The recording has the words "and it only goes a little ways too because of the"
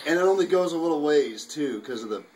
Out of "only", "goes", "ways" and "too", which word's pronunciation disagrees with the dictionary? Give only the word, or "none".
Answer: none